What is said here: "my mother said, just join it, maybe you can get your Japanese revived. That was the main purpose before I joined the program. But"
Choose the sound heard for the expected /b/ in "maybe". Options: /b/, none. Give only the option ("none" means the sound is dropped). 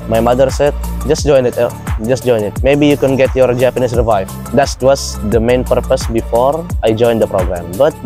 /b/